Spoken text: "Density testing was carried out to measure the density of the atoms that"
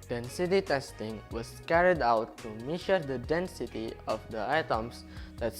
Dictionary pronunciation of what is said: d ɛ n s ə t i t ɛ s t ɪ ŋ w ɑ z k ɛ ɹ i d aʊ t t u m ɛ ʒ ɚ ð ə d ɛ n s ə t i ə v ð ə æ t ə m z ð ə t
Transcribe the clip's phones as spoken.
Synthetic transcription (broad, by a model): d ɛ n s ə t i t ɛ s t ɪ ŋ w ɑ s k ɛ ɹ i d aʊ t t u m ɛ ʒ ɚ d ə d ɛ n s ə t i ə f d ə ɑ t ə m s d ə t